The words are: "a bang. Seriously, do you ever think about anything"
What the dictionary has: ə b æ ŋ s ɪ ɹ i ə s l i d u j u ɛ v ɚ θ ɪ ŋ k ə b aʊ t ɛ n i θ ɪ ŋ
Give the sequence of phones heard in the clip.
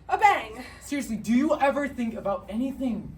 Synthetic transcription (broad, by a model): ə b æ ŋ s ɪ ɹ i ə s l i d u j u ɛ v ɚ θ ɪ ŋ k ə b aʊ t ɛ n i θ ɪ ŋ